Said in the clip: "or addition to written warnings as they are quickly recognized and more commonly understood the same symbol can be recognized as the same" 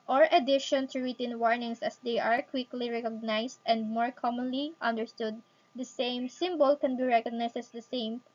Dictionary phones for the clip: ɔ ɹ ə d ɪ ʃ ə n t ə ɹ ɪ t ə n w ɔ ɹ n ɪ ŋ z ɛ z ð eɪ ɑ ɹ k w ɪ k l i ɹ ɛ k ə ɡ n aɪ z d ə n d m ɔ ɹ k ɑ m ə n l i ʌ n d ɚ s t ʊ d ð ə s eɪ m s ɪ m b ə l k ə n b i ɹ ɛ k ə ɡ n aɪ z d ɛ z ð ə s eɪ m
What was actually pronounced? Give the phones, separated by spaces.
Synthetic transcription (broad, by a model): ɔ ɹ ə d ɪ ʃ ə n t ə ɹ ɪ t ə n w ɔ ɹ n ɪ ŋ s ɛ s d eɪ ɑ ɹ k w ɪ k l i ɹ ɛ k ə ɡ n aɪ s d ə n d m ɔ ɹ k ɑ m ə n l i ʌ n d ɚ s t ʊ d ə s eɪ m s ɪ m b ə l k ə n b i ɹ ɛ k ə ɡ n aɪ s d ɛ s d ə s eɪ m